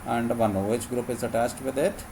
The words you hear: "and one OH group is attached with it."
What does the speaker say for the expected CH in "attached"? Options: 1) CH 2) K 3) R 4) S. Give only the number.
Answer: 4